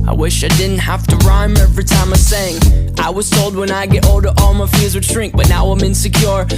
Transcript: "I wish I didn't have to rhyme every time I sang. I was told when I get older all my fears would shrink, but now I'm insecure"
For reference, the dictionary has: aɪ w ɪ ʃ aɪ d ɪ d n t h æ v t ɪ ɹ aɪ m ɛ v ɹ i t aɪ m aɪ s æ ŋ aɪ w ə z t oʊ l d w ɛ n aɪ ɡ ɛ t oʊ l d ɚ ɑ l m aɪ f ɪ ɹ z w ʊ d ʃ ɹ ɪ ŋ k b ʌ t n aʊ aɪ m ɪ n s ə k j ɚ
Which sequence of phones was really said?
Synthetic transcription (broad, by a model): aɪ w ɪ ʃ aɪ d ɪ d n t h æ f t ɪ ɹ aɪ m ɛ v ɹ i t aɪ m aɪ s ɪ ŋ aɪ w ə z t oʊ l d w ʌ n aɪ ɡ ɛ t oʊ l d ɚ ɑ l m aɪ f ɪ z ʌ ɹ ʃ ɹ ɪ ŋ k b ʌ t n aʊ aɪ m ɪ n s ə k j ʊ